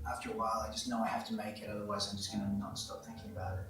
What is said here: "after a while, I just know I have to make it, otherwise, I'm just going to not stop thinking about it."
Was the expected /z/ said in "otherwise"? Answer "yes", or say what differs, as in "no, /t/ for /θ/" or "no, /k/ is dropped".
yes